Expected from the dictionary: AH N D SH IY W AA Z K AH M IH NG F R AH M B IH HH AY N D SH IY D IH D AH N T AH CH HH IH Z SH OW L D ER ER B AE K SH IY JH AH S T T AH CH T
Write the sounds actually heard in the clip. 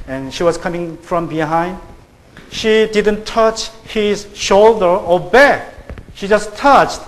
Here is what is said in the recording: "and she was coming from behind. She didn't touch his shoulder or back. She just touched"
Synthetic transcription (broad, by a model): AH N SH IY W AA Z K AH M IH NG F R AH M B IH HH AY N D SH IY D IH D AH N T AH CH HH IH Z SH OW L D ER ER B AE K SH IY JH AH S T T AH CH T